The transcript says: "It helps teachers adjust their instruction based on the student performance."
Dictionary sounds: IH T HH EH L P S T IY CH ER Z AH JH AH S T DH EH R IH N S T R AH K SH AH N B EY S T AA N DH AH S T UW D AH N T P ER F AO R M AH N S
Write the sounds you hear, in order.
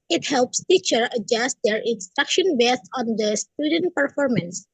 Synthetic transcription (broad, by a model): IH T HH EH L P S T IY CH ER AH JH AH S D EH R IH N S T R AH K SH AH N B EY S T AA N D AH S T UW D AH N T P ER F AO R M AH N S